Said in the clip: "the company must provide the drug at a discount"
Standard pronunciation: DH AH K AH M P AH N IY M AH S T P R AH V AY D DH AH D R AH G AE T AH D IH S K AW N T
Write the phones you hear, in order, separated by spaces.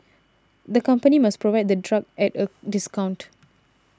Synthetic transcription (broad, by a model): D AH K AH M P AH N IY M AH S P R AH V AY D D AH D R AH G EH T AH D IH S K AW N T